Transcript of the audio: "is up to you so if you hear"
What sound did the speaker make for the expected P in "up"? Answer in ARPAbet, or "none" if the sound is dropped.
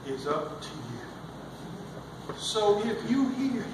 P